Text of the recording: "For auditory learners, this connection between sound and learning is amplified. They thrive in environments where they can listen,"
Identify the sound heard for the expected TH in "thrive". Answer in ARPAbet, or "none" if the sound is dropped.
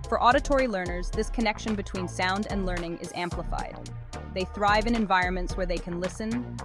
TH